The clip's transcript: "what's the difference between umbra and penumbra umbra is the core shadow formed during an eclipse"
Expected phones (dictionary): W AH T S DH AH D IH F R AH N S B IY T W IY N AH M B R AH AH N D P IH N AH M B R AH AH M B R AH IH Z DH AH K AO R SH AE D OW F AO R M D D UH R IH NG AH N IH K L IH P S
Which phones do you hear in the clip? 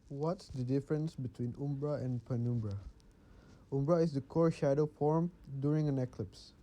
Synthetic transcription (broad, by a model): W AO T S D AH D IH F R AH N S B IY T W IY N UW M B R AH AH N P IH N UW M B R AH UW M B R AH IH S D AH K AO R SH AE D OW F AO R M D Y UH R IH NG AH N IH K L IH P S